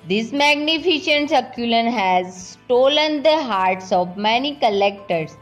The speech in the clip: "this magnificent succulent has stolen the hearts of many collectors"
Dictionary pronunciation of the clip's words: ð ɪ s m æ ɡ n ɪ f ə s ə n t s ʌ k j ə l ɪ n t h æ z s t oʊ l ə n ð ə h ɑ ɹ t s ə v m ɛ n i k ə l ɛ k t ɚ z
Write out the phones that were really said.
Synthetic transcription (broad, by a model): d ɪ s m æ ɡ n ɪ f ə ʃ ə n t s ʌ k j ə l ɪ n h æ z s t oʊ l ə n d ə h ɑ ɹ t s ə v m ɛ n i k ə l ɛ k t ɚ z